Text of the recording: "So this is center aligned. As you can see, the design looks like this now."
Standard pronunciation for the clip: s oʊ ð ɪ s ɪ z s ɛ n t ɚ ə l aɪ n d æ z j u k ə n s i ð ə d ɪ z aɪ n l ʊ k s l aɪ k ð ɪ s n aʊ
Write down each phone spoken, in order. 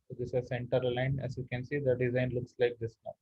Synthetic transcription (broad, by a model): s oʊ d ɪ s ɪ s ɛ n t ɚ l aɪ n æ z j u k ə n s i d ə d ɪ z aɪ n l ʊ k s l aɪ k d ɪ s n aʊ